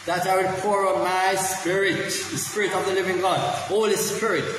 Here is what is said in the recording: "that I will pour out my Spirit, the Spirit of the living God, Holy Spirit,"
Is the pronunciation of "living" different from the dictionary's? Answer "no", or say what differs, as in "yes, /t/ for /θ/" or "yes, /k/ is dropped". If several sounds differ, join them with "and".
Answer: no